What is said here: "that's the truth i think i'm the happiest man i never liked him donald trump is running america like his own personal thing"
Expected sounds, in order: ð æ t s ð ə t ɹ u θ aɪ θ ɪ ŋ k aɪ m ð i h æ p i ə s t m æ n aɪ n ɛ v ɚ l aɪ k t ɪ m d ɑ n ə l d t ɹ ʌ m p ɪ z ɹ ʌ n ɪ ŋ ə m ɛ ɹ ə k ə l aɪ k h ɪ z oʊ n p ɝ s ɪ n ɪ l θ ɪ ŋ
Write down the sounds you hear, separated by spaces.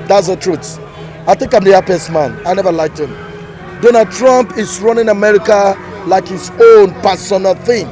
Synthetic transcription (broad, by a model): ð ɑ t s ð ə t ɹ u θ aɪ θ ɪ ŋ k aɪ m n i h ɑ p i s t m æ n aɪ n ɛ v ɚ l aɪ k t ɪ m d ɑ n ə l d t ɹ ʌ m p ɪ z ɹ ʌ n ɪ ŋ ə m ɛ ɹ ə k ə l aɪ k h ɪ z oʊ n p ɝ s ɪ n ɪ l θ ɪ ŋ